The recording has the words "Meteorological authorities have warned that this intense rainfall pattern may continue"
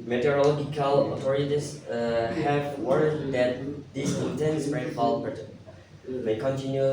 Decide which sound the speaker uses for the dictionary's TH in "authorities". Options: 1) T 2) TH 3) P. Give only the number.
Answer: 1